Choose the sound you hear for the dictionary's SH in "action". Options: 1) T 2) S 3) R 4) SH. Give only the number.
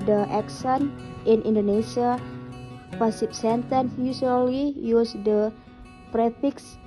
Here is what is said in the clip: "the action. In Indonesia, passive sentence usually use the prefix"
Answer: 2